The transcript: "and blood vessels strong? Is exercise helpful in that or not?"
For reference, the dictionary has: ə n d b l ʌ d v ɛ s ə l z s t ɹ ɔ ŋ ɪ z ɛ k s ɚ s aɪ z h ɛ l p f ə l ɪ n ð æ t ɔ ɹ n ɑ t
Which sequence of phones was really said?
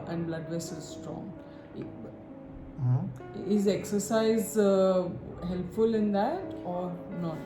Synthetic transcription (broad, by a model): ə n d b l ʌ d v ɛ s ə z s t ɹ ɔ ŋ ɪ z ɛ k s ɚ s aɪ z h ɛ l p f ə l ɪ n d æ t ɔ ɹ n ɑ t